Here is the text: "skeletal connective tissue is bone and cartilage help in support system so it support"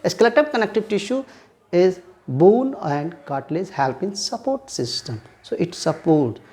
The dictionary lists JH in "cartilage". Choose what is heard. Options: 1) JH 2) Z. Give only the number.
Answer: 2